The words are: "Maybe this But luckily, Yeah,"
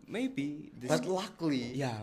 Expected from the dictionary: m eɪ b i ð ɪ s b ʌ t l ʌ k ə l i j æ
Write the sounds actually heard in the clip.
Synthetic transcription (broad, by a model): m eɪ b i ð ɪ b ʌ t l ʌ k l i j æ